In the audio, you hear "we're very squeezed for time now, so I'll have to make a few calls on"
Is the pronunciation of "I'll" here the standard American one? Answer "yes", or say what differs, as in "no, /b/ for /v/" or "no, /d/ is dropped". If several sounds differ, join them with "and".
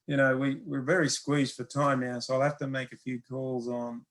yes